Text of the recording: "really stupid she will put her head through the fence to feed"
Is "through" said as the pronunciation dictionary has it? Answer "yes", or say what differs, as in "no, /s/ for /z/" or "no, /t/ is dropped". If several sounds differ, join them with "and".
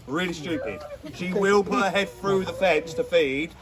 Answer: yes